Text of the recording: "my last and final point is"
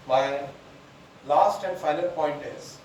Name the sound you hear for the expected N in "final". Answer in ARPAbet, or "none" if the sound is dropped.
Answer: L